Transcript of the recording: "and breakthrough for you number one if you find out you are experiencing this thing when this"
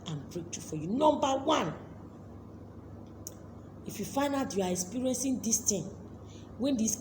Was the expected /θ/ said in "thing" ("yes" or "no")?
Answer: no